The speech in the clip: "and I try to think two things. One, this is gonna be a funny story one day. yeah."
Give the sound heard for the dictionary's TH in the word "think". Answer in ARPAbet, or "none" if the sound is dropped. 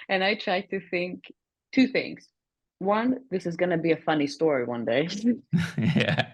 TH